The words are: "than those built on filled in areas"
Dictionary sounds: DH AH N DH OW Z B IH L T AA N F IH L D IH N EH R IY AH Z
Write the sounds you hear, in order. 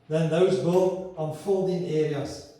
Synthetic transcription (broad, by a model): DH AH N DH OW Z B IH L AA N F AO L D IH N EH R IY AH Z